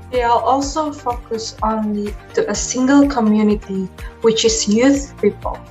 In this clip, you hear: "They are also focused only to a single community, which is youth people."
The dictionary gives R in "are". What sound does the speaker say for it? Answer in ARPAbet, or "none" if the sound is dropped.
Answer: L